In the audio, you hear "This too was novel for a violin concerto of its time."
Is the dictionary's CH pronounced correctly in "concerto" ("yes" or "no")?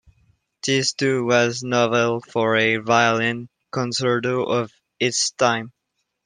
no